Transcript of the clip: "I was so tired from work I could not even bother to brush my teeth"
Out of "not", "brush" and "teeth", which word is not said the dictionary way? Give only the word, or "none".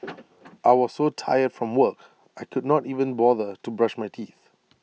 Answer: none